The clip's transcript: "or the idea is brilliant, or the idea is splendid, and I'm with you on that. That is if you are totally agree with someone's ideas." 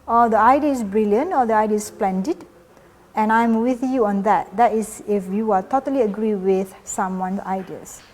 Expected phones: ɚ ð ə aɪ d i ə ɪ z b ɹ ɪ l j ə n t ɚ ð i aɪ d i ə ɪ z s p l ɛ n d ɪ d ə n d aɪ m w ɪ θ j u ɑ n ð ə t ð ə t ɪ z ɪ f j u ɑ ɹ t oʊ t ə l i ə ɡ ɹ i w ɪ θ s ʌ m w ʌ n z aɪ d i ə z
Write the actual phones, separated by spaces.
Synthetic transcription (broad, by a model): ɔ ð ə aɪ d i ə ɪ s b ɹ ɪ l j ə n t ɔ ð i aɪ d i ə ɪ s p l ɛ n d ɪ d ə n aɪ m w ɪ θ j u ɑ n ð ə t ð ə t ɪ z ɪ f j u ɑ l t oʊ t ə l i ə ɡ ɹ i w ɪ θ s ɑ m w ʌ n s aɪ d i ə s